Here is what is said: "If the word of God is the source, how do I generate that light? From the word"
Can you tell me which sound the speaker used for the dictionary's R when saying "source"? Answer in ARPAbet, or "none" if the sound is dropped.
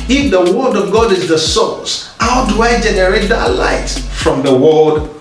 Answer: L